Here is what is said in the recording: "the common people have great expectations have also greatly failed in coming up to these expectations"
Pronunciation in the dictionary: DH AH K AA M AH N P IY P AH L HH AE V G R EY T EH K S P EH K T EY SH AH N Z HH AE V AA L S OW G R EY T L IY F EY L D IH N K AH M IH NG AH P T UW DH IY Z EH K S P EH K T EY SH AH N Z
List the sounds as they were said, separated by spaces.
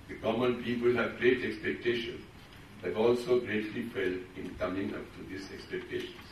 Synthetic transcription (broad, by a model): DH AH K AA M AH N P IY P AH L HH AE V G R EY T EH K S P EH K T EY SH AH N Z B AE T AA L S OW G R EY T L IY F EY L IH N K AH M IH NG AH P T UW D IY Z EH K S P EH K T EY SH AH N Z